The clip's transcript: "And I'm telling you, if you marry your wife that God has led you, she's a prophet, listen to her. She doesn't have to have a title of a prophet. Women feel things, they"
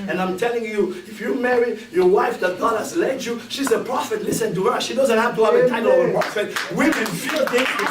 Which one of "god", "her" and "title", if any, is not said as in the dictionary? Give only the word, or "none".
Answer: title